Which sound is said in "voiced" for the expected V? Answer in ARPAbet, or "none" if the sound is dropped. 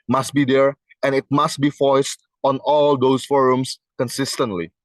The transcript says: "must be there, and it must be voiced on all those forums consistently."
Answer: F